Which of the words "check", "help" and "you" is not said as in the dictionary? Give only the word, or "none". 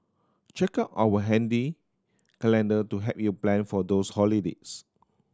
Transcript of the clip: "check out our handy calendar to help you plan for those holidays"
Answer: help